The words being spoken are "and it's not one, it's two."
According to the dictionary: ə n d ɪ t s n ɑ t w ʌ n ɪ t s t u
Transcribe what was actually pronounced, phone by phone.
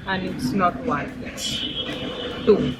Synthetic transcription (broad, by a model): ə n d ɪ t s n ɑ t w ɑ ɪ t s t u